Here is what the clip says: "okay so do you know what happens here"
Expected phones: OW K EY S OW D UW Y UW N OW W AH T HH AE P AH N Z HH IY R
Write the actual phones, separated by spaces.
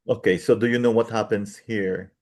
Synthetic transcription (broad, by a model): OW K EY S OW D UW Y UW N OW W AH T HH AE P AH N S HH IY R